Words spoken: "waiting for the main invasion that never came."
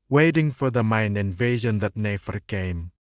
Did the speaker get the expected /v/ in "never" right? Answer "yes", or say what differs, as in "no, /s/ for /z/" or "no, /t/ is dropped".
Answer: no, /f/ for /v/